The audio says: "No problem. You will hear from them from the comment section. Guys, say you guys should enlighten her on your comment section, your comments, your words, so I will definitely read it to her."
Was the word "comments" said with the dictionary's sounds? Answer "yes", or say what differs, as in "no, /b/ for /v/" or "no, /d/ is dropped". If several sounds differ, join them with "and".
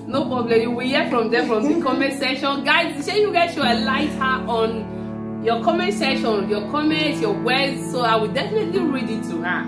no, /s/ is dropped